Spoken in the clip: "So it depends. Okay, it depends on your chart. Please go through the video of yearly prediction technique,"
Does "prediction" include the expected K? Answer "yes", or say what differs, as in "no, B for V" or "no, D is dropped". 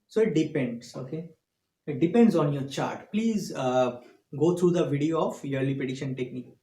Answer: no, K is dropped